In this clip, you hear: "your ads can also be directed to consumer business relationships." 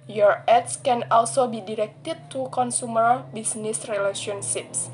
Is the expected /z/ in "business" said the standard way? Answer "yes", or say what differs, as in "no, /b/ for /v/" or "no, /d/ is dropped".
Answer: no, /s/ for /z/